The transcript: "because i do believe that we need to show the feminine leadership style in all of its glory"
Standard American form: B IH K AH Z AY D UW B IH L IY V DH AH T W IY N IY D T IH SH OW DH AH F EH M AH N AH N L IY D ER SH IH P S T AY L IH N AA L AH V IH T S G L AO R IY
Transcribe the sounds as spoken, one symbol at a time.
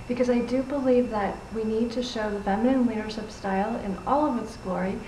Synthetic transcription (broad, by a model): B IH K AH Z AY D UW B IH L IY V DH AH T W IY N IY D T IH SH OW DH AH F EH M AH N AH N W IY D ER SH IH P S T AY L IH N AA L AH V IH T S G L AO R IY